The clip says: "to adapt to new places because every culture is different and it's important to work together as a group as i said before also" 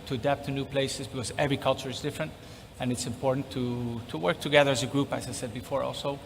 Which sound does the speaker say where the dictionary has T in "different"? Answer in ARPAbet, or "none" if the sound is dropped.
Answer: T